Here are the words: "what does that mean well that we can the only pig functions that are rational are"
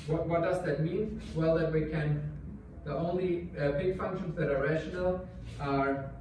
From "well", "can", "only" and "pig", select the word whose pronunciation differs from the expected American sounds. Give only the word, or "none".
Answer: pig